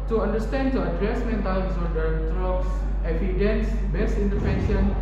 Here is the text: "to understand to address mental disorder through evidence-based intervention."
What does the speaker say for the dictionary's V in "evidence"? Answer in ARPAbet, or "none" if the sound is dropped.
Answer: F